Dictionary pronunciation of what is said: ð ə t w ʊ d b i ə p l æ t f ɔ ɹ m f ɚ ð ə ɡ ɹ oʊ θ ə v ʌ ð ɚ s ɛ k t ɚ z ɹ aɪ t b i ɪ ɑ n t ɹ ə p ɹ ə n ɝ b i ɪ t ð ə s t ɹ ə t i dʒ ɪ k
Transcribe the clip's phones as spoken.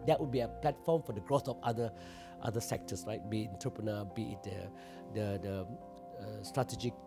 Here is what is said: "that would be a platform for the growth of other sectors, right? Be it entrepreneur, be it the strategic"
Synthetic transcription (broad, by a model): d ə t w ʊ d b i ə p l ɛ t f ɔ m f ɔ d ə ɡ ɹ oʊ f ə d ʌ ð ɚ s ɛ k t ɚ s ɹ aɪ t b i ɪ n t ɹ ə p ɹ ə n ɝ b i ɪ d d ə s t ɹ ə t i dʒ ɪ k